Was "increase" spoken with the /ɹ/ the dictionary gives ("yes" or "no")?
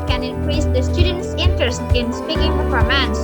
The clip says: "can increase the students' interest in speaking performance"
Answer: yes